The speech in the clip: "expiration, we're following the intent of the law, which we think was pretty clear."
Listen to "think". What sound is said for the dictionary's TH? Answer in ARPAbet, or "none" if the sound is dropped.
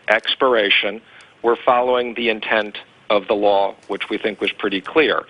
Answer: TH